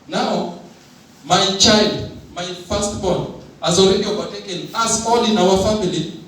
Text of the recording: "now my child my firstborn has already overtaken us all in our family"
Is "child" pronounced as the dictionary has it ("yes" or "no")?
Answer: yes